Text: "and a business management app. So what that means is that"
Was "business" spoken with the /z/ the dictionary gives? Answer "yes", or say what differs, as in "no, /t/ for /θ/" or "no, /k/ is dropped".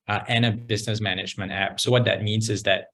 yes